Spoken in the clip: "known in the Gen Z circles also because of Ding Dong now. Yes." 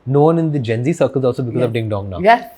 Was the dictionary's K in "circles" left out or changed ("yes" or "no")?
no